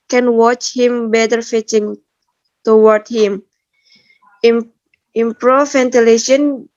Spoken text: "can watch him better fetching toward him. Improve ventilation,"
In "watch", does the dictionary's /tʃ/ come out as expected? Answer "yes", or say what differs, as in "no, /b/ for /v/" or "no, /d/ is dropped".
yes